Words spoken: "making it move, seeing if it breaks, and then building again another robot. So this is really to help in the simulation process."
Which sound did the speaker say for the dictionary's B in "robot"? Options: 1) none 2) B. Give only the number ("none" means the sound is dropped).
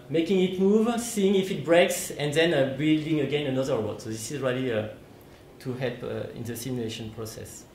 1